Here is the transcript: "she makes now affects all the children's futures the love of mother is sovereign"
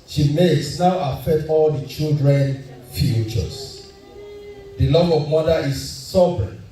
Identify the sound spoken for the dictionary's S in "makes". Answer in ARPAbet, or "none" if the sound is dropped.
S